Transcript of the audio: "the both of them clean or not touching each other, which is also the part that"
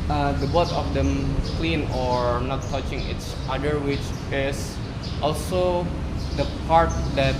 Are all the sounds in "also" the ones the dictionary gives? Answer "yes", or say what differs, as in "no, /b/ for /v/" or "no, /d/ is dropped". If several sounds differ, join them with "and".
yes